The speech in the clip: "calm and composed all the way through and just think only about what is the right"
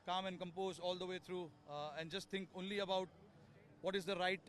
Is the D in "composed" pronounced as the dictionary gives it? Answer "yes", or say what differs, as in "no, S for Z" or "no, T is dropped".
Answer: no, D is dropped